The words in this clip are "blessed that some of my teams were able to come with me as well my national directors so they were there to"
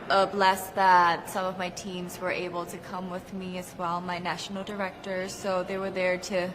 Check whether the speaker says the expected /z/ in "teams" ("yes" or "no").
yes